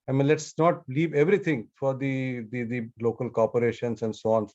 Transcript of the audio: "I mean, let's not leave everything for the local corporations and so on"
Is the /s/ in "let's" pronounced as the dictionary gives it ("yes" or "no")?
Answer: yes